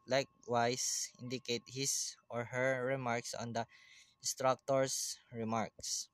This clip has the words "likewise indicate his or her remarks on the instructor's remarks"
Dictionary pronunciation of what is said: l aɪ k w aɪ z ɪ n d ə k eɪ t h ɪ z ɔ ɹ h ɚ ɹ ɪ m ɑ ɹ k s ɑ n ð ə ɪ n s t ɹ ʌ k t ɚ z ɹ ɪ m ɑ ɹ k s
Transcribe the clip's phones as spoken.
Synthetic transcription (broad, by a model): l aɪ k w aɪ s ɪ n d ə k eɪ t h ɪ s ɔ ɹ h ɚ ɹ ɪ m ɑ ɹ k s ɑ n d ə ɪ n s t ɹ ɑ k t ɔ s ɹ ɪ m ɑ ɹ k s